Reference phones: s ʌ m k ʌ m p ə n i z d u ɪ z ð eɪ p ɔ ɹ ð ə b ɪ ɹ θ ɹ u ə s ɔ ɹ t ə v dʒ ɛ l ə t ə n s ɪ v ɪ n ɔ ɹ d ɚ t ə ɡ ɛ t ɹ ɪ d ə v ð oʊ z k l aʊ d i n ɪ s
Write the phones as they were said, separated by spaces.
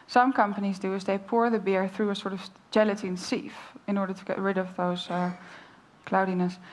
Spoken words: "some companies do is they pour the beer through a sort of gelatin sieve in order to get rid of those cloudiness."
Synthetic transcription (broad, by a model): s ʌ m k ʌ m p ə n i z d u ɪ z ð eɪ p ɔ ɹ ð ə b ɪ ɹ θ ɹ u ə s ɔ ɹ t ə v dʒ ɛ l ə t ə n s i f ɪ n ɔ ɹ d ɚ t ə ɡ ɛ t ɹ ɪ d ə v ð oʊ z k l aʊ d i n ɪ s